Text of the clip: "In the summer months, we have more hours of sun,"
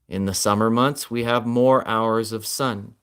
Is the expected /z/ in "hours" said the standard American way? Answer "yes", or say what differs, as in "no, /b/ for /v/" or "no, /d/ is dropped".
yes